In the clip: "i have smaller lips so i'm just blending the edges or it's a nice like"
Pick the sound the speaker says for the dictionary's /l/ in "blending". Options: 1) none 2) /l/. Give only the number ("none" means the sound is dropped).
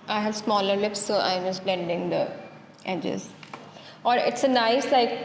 2